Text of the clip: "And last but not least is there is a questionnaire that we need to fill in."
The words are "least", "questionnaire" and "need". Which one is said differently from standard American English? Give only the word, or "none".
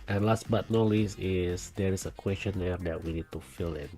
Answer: least